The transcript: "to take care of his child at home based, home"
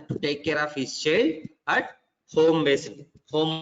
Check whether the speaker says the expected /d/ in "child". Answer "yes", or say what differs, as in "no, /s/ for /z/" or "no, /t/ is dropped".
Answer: no, /d/ is dropped